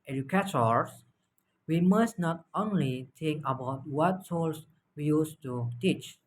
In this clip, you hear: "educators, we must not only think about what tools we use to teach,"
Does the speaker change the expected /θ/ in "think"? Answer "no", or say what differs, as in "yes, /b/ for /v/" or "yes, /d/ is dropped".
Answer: yes, /t/ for /θ/